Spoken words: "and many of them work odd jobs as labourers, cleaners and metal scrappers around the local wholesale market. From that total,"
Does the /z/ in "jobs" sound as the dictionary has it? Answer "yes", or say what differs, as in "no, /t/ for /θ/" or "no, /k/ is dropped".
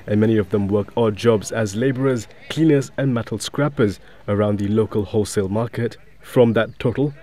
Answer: yes